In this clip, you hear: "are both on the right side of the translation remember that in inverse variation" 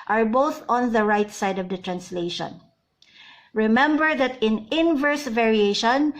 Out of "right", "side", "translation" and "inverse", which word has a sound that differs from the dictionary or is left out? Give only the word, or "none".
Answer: none